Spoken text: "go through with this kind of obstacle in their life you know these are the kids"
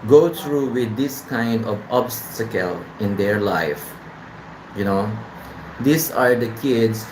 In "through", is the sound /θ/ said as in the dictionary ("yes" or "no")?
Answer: no